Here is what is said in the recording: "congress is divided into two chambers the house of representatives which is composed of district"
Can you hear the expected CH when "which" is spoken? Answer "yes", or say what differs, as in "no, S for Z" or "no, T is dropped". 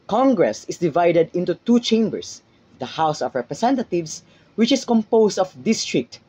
yes